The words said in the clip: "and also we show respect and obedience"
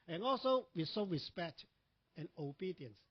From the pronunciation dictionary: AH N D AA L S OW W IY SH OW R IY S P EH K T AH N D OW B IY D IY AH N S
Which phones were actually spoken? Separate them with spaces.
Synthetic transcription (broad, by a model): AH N AA L S OW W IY S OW R IY S P EH K T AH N OW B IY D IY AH N S